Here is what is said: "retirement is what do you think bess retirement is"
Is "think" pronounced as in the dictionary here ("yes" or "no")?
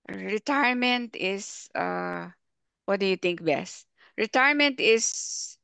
no